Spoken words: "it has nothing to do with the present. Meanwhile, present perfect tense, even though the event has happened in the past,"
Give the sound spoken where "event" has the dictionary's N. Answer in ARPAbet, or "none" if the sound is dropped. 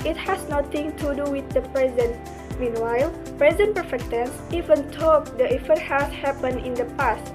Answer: none